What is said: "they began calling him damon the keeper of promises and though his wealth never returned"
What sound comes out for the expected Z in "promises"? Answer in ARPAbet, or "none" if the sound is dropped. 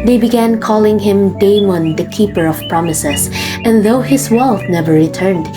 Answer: S